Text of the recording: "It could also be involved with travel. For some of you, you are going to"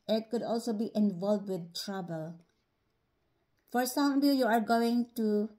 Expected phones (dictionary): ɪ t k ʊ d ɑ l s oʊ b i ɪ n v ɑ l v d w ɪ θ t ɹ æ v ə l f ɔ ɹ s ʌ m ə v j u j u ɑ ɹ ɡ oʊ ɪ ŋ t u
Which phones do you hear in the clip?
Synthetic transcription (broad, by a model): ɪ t k ʊ d ɑ l s oʊ b i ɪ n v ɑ l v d w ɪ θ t ɹ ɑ b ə l f ɔ ɹ s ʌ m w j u j u ɑ ɹ ɡ oʊ ɪ ŋ t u